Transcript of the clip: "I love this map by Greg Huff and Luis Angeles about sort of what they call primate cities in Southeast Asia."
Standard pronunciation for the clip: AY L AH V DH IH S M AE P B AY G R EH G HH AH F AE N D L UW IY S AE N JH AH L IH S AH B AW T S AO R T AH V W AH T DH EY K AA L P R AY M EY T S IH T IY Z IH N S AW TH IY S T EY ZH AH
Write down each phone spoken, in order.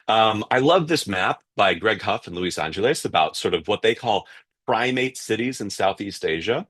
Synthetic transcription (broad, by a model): AY L AH V DH IH S M AE P B AY G R EH G HH AH F N L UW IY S AE N JH AH L IH S AH B AW T S AO R T AH V W AH T DH EY K AA L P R AY M EY T S IH T IY Z IH N S AW TH IY S T EY ZH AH